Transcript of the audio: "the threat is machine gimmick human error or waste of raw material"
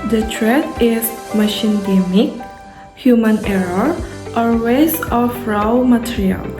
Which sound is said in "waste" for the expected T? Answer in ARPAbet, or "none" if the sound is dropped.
none